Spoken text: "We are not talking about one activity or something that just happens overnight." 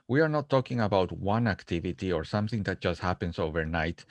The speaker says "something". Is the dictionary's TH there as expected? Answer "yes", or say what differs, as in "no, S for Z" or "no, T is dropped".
yes